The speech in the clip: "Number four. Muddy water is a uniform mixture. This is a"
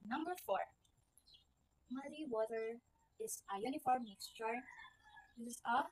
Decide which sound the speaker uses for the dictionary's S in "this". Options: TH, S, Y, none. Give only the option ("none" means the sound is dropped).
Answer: none